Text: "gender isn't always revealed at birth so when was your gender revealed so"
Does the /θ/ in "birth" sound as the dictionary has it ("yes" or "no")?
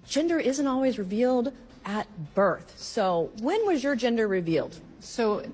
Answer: yes